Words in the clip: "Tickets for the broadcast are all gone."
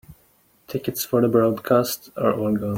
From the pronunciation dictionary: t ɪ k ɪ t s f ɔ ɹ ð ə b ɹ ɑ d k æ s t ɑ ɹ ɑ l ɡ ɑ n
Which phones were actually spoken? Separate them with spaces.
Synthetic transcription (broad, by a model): t ɪ k ɪ t s f ɔ ɹ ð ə b ɹ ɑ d k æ s t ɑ ɹ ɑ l ɡ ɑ